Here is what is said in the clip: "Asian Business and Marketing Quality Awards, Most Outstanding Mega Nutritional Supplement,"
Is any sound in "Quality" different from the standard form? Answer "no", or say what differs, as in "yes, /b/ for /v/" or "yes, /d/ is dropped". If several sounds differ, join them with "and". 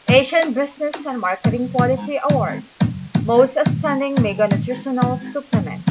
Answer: yes, /s/ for /t/